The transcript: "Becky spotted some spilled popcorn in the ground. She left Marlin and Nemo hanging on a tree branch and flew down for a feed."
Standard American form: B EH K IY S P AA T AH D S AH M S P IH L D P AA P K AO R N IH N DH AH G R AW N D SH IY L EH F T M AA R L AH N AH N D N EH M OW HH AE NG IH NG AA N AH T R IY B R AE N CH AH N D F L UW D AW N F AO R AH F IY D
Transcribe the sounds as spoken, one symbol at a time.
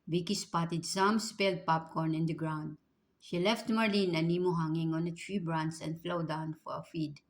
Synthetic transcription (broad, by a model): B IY K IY S P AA T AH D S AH M S P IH L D P AA P K AO R N IH N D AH G R AW N D SH IY L EH F T M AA R L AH N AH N N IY M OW HH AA NG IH NG AA N AH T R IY B R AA N S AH N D F L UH D AW N F AO R AH F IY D